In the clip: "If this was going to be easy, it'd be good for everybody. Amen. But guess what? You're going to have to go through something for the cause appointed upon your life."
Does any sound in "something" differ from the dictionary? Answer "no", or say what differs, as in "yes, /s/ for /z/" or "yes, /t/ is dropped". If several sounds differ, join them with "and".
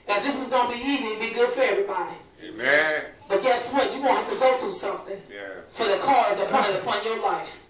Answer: no